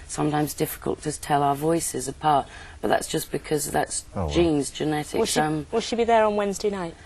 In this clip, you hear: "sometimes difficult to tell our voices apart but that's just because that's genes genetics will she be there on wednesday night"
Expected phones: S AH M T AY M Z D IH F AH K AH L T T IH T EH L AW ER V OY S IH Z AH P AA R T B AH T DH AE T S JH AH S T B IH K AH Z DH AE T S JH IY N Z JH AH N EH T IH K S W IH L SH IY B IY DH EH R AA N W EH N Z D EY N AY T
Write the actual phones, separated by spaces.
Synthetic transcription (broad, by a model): S AH M T AY M Z D IH F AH K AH L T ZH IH T EH L AW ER V OY S IH Z AH P AA R T B AH T DH AE T S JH AH S B IH K AH Z DH AE T S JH IY N Z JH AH N EH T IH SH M W IH L SH IY B IY DH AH R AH N W EH N Z D EY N AY T